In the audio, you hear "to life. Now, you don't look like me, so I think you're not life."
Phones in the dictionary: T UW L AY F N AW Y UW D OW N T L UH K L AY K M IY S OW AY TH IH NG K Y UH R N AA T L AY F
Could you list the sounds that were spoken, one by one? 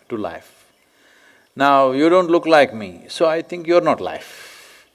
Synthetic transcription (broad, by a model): T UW L AY F N AW Y UW D OW N T L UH K L AY K M IY S OW AY T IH NG K Y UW R N AA T L AY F